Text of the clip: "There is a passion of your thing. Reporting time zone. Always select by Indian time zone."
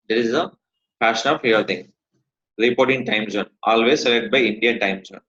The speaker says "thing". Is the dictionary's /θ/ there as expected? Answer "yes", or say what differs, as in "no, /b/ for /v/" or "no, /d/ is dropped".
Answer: no, /t/ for /θ/